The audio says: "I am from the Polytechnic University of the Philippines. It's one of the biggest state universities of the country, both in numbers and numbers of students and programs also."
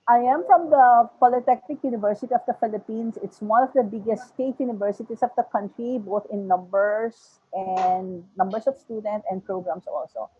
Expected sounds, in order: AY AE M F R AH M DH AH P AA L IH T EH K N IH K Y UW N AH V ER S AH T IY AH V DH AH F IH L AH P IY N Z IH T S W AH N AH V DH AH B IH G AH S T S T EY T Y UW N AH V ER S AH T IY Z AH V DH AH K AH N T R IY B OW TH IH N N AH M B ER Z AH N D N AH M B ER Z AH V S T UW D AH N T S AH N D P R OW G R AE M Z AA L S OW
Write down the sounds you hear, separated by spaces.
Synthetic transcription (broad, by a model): AY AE M F R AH M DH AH P AA L IH T EH K N IH K Y UW N AH V ER S AH T IY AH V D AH F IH L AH P IY N S IH T S W AH N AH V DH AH B IH G AH S T S T EY T Y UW N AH V ER S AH T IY S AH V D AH K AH N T R IY B OW TH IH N N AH M B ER S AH N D N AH M B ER S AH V S T UW D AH N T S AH N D P R OW G R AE M S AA L S OW